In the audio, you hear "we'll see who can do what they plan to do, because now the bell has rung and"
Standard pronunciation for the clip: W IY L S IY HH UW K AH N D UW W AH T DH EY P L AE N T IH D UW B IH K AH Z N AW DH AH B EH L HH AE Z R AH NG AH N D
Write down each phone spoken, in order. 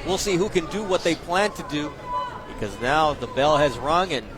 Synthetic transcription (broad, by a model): W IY L S IY HH UW K AH N D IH W AH T DH EY P L AE N T IH D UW B IH K AH Z N AW DH AH B EH L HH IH Z R AH NG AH N